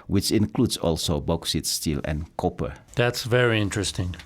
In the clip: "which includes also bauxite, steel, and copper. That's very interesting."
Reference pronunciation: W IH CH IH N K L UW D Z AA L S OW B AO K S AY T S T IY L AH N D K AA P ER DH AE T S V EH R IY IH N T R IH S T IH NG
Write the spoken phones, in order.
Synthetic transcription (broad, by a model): W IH CH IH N K L UW D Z AA L S OW B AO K S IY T S T IY L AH N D K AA P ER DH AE T S V EH R IY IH N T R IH S T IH NG